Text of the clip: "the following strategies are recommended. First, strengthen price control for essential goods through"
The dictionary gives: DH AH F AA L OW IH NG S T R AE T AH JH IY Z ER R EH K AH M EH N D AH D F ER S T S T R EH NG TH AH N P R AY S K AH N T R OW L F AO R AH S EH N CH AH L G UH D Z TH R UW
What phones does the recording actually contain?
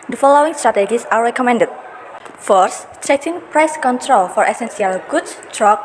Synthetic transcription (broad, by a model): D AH F AA L OW IH NG S T R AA T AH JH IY S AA R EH K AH M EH N D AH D F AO T S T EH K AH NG P R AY S K AH N T R OW L F AO R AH S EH N S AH L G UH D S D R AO